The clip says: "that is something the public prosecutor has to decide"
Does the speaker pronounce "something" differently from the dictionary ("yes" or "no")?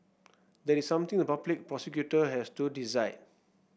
yes